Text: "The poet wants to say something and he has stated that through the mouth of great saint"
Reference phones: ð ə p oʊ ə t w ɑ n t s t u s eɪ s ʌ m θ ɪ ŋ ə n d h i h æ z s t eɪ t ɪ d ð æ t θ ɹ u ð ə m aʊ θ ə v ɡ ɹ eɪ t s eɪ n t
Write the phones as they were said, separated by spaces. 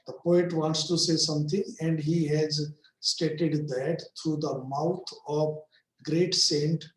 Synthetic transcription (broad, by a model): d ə p oʊ ə t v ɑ n t s t u s eɪ s ʌ m t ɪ ŋ ə n d h i h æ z s t eɪ t ɪ d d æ t t ɹ u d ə m aʊ t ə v ɡ ɹ eɪ t s eɪ n t